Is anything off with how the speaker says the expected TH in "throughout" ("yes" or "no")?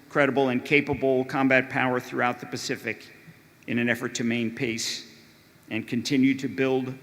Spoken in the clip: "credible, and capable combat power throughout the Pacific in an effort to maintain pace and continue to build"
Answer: no